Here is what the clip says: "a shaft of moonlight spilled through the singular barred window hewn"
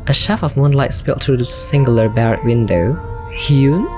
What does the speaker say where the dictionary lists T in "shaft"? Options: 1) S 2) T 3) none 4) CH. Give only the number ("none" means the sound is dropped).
3